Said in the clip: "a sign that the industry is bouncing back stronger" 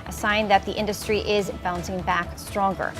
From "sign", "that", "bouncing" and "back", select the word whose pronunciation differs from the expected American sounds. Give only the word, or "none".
none